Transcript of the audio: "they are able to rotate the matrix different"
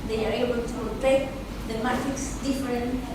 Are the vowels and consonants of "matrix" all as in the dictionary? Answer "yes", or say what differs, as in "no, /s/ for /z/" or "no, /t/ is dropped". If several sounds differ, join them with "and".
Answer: no, /ɹ/ is dropped